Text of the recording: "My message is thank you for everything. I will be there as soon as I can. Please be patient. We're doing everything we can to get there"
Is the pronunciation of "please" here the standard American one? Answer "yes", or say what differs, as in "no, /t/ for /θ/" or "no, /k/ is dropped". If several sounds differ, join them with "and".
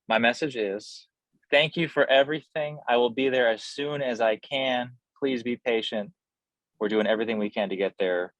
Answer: yes